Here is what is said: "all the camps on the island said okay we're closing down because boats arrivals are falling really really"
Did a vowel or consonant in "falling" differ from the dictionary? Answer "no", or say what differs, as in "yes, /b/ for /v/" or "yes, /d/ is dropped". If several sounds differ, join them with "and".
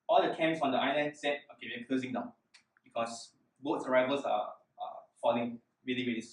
no